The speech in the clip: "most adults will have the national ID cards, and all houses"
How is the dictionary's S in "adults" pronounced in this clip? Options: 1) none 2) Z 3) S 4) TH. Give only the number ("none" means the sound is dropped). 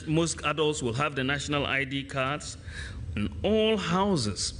3